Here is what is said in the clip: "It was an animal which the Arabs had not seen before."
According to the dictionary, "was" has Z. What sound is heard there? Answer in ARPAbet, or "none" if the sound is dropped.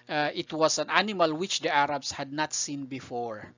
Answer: S